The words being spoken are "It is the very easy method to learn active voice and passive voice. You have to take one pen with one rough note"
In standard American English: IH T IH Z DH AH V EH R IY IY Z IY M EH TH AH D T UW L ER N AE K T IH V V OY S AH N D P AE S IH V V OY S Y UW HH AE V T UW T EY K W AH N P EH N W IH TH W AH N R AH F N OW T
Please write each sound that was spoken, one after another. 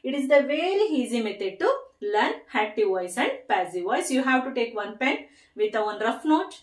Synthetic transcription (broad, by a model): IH T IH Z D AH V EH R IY IY Z IY M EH T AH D T UW L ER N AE T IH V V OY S AH N D P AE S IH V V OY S Y UW HH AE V T UW T EY K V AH N P EH N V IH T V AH N R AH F N OW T